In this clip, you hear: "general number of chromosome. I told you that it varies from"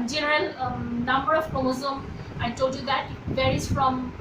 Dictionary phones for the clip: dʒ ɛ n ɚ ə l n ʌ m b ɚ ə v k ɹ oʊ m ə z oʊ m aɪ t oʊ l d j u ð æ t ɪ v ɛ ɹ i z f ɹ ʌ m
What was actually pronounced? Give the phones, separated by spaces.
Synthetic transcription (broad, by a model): dʒ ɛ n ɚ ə l n ʌ m b ɚ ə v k oʊ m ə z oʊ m aɪ t oʊ l d j u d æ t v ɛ ɹ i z f ɹ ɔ m